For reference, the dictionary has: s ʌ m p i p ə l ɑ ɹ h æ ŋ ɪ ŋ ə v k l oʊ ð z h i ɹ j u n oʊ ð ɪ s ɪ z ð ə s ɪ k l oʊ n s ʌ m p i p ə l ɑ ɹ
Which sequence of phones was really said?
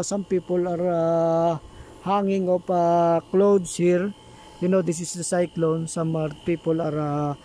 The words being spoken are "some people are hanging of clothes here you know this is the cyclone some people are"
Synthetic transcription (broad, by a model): s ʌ m p i p ə l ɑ ɹ h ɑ ŋ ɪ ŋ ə p k l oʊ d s h i ɹ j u n oʊ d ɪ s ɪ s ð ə s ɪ k l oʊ n s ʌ m p i p ə l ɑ ɹ